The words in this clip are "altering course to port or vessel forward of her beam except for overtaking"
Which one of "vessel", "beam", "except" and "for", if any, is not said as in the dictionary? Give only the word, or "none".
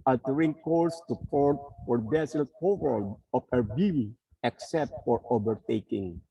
vessel